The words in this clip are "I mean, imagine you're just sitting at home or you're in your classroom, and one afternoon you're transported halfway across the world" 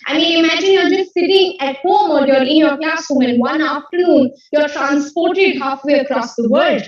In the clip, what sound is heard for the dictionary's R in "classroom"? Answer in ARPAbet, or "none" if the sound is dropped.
none